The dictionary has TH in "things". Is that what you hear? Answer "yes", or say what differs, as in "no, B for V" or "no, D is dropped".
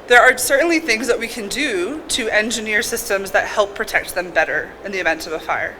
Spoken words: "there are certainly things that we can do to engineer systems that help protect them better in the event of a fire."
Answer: yes